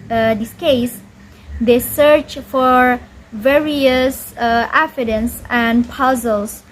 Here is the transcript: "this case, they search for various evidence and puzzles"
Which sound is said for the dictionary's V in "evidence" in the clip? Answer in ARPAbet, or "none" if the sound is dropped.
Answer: F